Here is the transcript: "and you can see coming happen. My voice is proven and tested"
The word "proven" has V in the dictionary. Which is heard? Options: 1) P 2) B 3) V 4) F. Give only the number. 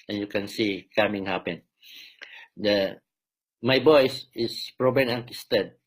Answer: 2